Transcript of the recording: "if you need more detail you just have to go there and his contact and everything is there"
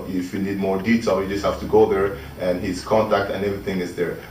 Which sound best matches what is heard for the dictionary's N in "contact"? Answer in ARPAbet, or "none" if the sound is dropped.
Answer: N